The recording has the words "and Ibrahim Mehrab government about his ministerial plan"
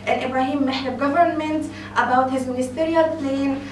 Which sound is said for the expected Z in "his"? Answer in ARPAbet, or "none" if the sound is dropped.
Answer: Z